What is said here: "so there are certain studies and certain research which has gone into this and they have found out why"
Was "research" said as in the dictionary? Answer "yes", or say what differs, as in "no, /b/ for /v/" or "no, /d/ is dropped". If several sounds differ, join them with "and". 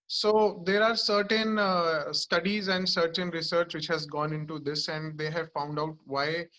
yes